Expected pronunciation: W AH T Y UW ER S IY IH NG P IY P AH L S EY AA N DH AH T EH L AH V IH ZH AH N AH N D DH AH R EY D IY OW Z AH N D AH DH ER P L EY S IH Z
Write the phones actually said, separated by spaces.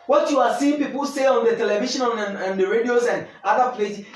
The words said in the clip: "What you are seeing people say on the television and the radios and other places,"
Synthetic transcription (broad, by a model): W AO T Y UW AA S IY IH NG P IY P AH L S EY AA N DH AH T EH L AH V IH SH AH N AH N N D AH R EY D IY OW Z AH N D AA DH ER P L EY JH